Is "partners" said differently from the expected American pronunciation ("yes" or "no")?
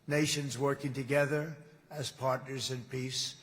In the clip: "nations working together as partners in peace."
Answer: no